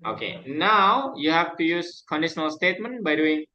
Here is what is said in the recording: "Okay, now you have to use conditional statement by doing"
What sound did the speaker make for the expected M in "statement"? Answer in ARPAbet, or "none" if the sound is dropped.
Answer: M